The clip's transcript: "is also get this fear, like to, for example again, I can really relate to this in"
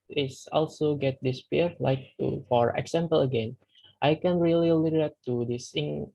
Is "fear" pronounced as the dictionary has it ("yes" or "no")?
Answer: no